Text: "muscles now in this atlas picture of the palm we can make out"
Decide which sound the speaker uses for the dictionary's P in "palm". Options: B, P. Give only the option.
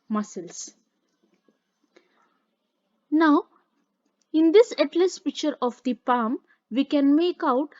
P